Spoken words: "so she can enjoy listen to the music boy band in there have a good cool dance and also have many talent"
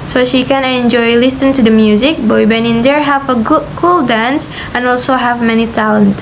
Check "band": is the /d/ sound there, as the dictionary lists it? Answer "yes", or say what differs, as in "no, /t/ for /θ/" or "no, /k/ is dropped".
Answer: no, /d/ is dropped